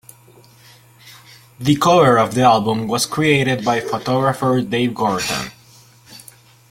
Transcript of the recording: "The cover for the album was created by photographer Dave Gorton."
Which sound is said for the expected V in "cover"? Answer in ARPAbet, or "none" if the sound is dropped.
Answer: none